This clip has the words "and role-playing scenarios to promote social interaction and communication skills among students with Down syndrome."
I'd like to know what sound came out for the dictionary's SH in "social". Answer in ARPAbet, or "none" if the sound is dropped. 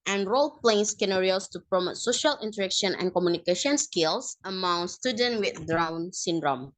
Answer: SH